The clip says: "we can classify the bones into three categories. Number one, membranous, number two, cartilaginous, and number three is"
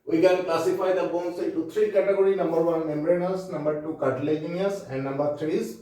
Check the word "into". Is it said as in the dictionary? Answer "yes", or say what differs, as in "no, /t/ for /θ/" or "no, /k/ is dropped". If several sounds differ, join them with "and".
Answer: no, /n/ is dropped